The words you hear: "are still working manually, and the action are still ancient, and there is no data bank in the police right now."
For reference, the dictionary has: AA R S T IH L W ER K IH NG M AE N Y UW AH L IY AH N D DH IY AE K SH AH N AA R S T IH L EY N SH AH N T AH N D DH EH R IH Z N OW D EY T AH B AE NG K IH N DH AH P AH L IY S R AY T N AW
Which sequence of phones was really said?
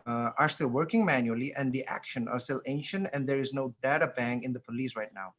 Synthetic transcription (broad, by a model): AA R S T IH L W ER K IH NG M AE N Y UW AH L IY AH N D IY AE K SH AH N AA R S T IH L EY N SH AH N T AH N D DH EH R IH Z N OW D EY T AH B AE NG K IH N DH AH P AH L IY S R AY T N AW